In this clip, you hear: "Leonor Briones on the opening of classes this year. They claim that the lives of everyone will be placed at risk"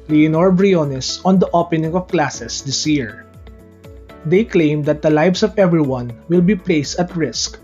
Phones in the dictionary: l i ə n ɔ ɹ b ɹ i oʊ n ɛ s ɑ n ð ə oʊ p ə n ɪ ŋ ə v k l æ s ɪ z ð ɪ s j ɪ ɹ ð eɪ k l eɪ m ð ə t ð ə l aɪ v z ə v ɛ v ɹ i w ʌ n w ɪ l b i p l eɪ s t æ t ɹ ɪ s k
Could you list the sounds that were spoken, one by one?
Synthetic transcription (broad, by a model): l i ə n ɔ ɹ b ɹ i oʊ n ɛ s ɑ n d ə oʊ p ə n ɪ ŋ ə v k l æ s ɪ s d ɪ s j ɪ ɹ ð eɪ k l eɪ m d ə t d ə l aɪ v s ə v ɛ v ɹ i w ʌ n w ɪ l b i p l eɪ s t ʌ t ɹ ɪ s k